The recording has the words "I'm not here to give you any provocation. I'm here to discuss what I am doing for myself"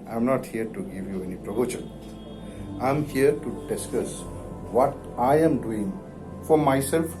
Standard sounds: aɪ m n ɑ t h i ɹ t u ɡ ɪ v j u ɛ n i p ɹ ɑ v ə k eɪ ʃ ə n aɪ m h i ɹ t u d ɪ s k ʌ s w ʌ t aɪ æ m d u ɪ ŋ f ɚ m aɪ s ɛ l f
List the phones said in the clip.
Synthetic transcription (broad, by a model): aɪ m n ɑ t h i ɹ t u ɡ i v j u ɛ n i p ɹ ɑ b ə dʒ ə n aɪ m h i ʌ t u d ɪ s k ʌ s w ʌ t aɪ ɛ m d u ɪ ŋ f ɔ m aɪ s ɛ l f